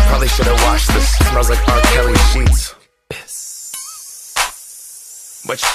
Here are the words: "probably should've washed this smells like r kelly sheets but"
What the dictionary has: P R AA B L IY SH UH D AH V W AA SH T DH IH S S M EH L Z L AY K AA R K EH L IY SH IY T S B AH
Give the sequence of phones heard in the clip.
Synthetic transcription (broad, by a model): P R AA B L IY SH UH D AH V W AA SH DH IH S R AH Z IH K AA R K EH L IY SH IY T S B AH